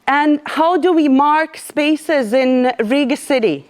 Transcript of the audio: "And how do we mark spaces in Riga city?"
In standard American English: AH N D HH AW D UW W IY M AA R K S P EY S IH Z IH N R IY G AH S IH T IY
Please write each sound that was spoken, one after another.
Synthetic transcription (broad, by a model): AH N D HH AW D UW W IY M AA R K S P EY S IH Z IH N R IY G AH S IH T IY